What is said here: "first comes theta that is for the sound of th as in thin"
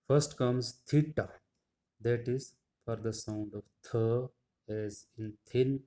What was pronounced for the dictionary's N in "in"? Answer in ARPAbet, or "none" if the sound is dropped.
N